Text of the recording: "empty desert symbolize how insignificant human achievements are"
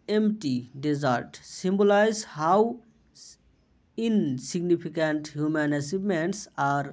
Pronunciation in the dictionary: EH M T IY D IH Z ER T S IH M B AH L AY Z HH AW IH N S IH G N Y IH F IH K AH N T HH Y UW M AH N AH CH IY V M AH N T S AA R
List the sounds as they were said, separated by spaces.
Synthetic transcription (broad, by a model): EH M T IY D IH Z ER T S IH M B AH L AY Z HH AW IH N S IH G N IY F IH K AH N T HH Y UW M AH N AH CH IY B M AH N T S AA R